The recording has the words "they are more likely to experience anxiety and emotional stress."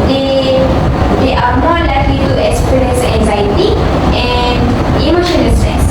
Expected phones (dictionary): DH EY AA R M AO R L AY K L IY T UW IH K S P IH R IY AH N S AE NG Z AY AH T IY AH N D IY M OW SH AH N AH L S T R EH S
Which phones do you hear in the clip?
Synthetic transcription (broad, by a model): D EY AA R M AO R L AY K L IY T UW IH K S P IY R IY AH N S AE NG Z AY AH T IY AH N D IY M OW SH AH N AH L S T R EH S